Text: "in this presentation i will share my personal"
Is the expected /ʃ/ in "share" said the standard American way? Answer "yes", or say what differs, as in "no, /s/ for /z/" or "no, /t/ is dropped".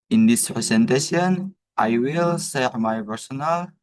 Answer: no, /s/ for /ʃ/